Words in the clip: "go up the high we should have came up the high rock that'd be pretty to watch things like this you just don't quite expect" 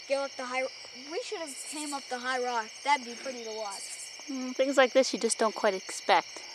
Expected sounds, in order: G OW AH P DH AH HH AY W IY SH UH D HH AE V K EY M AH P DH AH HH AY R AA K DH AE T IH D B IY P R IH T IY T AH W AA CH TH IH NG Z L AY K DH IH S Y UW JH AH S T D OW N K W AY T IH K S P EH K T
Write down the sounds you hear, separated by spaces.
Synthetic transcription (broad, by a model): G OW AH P DH AH HH AY W IY SH UH D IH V K EY M AH P DH AH HH AY R AA K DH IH B IY P R IH T IY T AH W AA CH TH IH NG Z L AY K DH IH S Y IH JH AH S D OW N K W AY T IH K S P EH K T